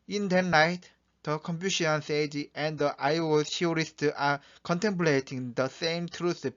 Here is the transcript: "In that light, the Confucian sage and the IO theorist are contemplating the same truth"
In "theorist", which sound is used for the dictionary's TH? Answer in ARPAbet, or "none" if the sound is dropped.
T